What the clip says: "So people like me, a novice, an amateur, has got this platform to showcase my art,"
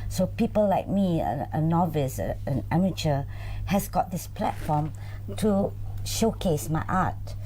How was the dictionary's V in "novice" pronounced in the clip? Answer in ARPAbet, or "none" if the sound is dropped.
V